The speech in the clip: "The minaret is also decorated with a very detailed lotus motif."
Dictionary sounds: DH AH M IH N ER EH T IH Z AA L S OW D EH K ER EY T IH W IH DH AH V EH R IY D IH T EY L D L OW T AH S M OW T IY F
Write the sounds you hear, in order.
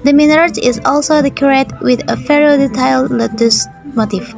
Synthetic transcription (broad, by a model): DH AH M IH N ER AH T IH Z AA L S OW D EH K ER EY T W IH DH AH F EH R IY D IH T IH L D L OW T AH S M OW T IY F